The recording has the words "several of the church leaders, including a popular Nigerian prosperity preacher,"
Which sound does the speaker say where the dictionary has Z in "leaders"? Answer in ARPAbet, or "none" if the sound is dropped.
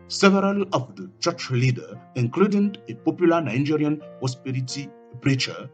none